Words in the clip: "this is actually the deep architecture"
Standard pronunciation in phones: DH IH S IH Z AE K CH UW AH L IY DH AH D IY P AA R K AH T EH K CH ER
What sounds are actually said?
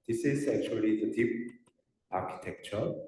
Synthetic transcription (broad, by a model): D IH S IH Z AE K CH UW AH L IY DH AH D IY P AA R K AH T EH K CH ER